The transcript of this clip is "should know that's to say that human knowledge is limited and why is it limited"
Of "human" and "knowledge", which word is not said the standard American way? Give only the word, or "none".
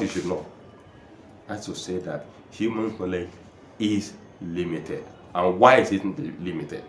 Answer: knowledge